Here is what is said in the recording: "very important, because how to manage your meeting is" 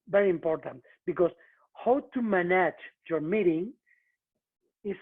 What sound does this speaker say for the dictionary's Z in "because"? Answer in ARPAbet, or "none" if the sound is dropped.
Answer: S